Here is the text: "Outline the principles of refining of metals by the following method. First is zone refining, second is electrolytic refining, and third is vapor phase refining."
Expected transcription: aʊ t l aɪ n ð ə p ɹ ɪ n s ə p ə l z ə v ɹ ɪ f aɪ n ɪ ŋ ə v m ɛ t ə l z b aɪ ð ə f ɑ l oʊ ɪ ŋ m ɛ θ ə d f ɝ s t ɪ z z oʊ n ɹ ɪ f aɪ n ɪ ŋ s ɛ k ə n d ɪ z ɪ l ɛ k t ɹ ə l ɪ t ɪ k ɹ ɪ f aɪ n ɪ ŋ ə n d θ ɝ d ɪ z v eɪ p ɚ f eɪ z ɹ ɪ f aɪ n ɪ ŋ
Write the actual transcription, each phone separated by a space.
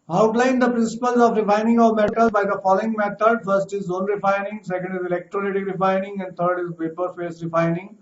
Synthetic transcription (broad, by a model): aʊ t l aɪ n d ə p ɹ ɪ n s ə p ə l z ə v ɹ ɪ f aɪ n ɪ ŋ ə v m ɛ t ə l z b aɪ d ə f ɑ l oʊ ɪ ŋ m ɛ t ə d f ɝ s t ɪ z z oʊ n ɹ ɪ f aɪ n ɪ ŋ s ɛ k ə n d ɪ z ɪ l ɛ k t ɹ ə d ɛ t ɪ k ɹ ɪ f aɪ n ɪ ŋ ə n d t ɝ d ɪ z p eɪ p ɚ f eɪ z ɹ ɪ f aɪ n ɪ ŋ